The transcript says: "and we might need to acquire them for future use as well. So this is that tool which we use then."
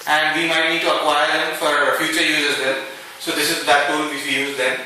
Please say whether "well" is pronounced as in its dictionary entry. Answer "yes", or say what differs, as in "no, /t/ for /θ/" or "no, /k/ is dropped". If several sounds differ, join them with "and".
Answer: no, /n/ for /l/